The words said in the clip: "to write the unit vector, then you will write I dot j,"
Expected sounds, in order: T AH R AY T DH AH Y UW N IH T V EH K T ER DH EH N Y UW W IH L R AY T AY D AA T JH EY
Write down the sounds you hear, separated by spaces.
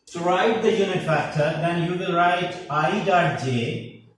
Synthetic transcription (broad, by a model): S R AY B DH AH Y UW N IH T F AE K T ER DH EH N Y UW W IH L R AY T AY D AA T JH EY